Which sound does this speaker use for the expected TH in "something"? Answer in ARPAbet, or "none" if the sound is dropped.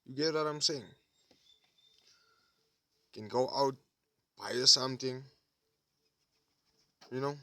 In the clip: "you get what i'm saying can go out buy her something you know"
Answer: T